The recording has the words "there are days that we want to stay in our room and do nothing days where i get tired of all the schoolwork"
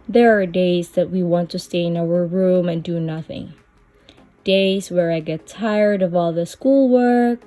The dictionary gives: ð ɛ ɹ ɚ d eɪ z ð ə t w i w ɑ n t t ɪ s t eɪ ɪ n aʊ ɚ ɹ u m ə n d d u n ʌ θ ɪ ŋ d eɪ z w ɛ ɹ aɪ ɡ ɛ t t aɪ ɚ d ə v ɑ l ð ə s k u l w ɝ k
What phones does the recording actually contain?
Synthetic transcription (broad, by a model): ð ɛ ɹ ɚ d eɪ z ð ə t w i w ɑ n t t ɪ s t eɪ ɪ n aʊ ɚ ɹ u m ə n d d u n ʌ θ ɪ ŋ d eɪ z w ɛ ɹ aɪ ɡ ɛ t t aɪ ɚ d ə v ɑ l ð ə s k u l w ɝ k